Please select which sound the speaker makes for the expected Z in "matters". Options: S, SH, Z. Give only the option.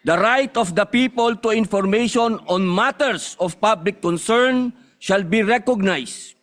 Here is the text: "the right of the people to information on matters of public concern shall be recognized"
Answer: S